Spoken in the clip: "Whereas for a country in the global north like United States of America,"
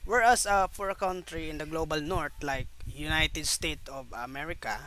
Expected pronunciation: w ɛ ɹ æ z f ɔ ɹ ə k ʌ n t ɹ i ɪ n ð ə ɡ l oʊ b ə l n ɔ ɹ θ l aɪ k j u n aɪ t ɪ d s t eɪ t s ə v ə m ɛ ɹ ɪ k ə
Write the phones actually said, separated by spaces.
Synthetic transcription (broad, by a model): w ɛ ɹ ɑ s f ɔ ɹ ə k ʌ n t ɹ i ɪ n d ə ɡ l oʊ b ə l n ɔ ɹ t l aɪ k j u n aɪ t ɪ d s t eɪ t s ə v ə m ɛ ɹ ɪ k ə